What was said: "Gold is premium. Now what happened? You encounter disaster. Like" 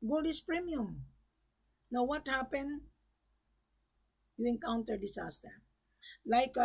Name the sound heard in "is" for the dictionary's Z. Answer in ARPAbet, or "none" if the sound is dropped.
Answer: S